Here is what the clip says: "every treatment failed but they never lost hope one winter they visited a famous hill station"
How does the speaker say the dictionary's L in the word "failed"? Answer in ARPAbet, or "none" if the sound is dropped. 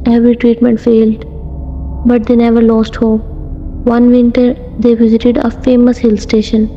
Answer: L